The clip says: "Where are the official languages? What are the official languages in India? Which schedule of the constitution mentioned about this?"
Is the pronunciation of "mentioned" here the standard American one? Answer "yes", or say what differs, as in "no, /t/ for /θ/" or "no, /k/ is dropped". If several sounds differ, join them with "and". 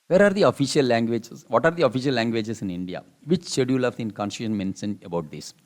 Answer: no, /s/ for /ʃ/ and /d/ is dropped